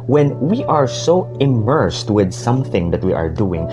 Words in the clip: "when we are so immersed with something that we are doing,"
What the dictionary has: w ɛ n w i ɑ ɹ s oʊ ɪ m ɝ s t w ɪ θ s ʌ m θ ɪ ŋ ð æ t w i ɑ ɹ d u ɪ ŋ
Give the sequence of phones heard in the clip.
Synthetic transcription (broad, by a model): w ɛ n w i ɑ ɹ s oʊ ɪ m ɝ s t w ɪ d s ʌ m θ ɪ ŋ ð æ t w i ɑ ɹ d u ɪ ŋ